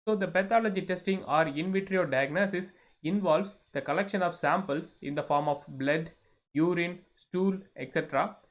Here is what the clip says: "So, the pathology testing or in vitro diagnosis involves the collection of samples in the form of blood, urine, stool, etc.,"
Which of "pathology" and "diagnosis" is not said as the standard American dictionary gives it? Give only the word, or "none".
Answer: pathology